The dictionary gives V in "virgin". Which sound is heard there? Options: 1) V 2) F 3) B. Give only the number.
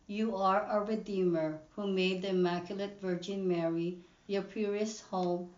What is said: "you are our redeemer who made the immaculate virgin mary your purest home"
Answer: 1